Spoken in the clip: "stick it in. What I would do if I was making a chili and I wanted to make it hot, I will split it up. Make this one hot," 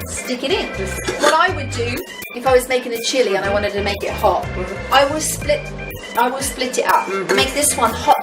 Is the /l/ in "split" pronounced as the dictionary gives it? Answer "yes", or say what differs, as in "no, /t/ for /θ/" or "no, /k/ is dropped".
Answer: yes